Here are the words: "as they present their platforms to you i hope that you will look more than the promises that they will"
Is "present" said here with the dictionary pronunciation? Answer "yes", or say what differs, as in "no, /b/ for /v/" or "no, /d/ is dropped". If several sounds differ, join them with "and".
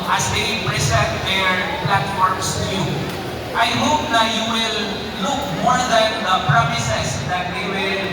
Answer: no, /s/ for /z/ and /n/ is dropped